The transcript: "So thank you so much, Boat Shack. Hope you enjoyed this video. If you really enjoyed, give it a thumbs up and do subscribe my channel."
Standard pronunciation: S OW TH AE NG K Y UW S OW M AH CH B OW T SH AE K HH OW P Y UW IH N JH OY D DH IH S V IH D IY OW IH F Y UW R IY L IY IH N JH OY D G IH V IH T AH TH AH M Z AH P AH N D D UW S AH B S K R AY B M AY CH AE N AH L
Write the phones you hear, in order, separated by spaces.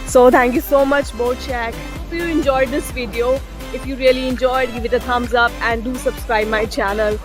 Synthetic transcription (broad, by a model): S OW T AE NG K Y UW S OW M AH CH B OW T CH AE K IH F Y UW IH N JH OY D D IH S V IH D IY OW IH F Y UW R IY L IY IH N JH OY D G IH V IH T AH T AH M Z AH P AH N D D UW S AH B S K R AY B M AY CH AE N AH L